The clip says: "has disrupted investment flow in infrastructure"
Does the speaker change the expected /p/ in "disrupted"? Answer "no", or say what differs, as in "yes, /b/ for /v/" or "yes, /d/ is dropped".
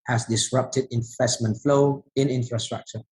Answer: no